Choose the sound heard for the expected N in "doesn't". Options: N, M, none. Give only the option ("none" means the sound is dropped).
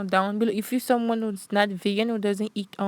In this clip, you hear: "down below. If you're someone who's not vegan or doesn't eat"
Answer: N